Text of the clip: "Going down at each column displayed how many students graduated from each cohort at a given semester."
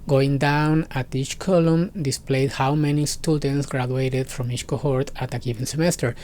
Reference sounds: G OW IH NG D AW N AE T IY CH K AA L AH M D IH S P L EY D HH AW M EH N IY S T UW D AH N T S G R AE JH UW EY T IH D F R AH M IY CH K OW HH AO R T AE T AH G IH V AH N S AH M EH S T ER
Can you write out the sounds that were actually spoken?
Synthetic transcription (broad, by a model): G OW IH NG D AW N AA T IY CH K AA L AH M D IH S P L EY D HH AW M EH N IY S T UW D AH N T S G R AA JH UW EY T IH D F R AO M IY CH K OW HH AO R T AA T AH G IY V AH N S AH M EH S T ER